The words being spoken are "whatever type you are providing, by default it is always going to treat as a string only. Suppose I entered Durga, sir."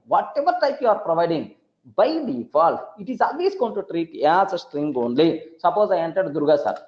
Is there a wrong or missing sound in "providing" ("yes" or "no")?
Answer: no